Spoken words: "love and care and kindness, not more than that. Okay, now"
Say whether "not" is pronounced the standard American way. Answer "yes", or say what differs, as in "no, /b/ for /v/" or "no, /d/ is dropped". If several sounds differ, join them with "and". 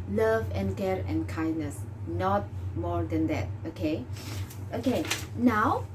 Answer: yes